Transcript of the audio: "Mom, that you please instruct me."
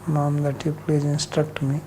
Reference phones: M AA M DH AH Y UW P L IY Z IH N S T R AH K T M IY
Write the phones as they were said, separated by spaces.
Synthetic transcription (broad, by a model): M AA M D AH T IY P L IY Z IH N S T R AH K T M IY